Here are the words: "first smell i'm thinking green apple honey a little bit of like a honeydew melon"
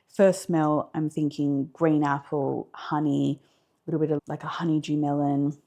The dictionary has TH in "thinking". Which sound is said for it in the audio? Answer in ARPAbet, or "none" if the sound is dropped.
TH